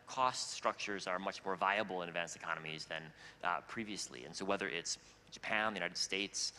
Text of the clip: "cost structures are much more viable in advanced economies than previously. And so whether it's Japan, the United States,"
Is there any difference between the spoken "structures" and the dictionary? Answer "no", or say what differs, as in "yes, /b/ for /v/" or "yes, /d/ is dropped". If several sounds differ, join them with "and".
no